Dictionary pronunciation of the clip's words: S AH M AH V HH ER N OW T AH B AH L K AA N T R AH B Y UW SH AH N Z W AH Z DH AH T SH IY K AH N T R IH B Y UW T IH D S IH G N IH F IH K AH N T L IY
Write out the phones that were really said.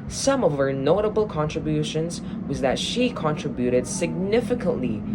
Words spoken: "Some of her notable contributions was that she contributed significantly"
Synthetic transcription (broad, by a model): S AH M AH V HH ER N OW T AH B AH L K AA N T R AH B Y UW SH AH N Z W AH Z DH AH T SH IY K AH N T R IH B Y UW T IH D S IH G N IH F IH K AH N T L IY